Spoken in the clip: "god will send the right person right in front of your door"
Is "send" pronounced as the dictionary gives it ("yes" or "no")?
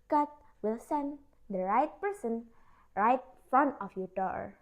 yes